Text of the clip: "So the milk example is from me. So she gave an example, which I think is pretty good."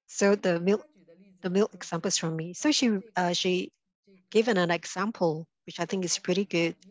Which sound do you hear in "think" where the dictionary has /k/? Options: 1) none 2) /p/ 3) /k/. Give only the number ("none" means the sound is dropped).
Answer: 3